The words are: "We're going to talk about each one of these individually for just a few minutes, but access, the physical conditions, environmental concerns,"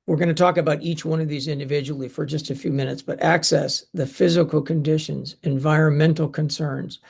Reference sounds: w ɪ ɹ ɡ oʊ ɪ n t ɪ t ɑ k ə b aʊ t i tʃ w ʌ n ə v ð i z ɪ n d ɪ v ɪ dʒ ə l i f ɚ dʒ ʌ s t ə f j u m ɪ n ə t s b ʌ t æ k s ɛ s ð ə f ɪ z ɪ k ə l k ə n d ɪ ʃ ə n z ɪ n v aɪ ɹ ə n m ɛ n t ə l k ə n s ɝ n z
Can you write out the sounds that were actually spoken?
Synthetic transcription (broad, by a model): w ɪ ɹ ɡ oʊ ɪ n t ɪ t ɑ k ə b aʊ t i tʃ w ʌ n ə v ð i z ɪ n d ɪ v ɪ dʒ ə l i f ɚ dʒ ʌ s t ə f j u m ɪ n ə t s b ʌ t æ k s ɛ s ð ə f ɪ z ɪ k l k ə n d ɪ ʃ ə n z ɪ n v aɪ ɹ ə n m ɛ n t l k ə n s ɝ n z